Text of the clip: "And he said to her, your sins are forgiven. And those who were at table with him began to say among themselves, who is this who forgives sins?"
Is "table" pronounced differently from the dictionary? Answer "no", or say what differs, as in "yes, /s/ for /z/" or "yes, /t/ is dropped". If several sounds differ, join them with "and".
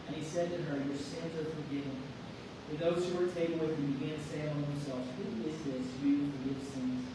yes, /b/ is dropped